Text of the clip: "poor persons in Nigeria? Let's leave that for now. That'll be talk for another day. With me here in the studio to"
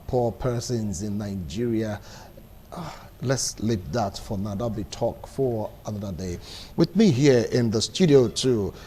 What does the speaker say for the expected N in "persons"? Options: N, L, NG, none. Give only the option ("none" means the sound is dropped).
N